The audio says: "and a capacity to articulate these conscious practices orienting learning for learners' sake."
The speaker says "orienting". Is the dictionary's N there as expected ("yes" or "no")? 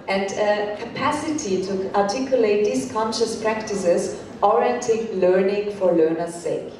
no